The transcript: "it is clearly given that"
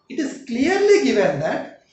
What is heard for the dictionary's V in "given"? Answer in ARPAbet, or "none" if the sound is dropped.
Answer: V